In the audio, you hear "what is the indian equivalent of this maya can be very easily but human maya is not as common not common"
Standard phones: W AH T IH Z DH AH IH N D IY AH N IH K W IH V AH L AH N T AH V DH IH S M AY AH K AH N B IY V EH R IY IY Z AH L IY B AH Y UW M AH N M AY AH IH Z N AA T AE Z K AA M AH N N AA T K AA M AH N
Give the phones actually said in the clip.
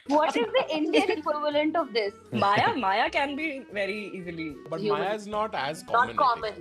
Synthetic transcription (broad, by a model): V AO T IH Z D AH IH N D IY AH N IH K W IH V AH L AH N T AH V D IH S M AY AH K AH N B IY V EH R IY IY Z AH L IY B AH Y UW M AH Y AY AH IH Z N AA T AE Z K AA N N AA T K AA M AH N